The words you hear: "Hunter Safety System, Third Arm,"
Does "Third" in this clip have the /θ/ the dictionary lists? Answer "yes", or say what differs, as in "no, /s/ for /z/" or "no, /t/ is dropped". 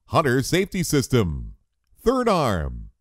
yes